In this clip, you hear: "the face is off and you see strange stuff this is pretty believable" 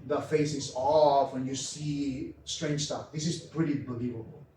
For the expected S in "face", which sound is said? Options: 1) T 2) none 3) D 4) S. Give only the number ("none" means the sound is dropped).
4